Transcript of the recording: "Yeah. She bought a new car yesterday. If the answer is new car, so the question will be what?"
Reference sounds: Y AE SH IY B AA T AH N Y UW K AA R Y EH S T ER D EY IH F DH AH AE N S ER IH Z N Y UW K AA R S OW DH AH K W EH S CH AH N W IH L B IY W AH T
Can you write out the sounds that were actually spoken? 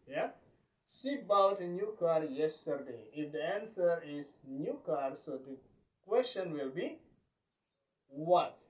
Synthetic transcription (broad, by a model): Y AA S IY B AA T AH N Y UW K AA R Y EH S T ER D EY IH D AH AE N S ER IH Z N Y UW K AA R S OW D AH K W EH S CH AH N W IH L B IY W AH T